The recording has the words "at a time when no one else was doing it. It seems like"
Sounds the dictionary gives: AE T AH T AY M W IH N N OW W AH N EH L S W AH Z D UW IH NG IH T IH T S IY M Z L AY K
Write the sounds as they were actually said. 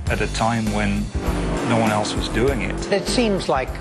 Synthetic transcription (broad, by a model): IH T AH T AY M W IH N N OW W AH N EH L S W AH Z D UW IH NG IH T IH T S IY M Z L AY K